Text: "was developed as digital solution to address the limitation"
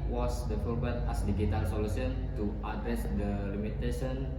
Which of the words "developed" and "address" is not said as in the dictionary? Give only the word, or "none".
developed